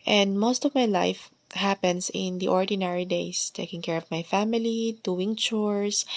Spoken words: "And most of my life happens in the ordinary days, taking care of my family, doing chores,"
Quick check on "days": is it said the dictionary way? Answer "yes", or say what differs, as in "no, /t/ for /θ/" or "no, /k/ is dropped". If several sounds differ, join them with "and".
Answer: no, /s/ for /z/